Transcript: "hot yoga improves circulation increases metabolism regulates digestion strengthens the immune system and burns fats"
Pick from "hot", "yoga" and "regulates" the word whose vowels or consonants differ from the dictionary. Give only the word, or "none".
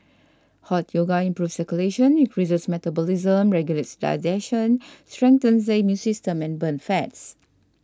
none